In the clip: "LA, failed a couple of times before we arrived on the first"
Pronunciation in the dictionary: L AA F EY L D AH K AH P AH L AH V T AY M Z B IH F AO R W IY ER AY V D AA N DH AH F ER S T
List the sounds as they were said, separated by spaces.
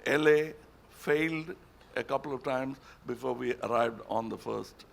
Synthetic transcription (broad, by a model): L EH F EY L D AH K AH P AH L AH V T AY M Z B IH F AO R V IY ER AY V D AA N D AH F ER S T